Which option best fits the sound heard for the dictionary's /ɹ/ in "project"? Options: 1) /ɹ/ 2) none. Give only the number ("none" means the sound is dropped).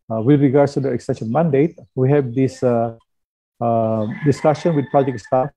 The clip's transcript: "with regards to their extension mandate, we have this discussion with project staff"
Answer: 2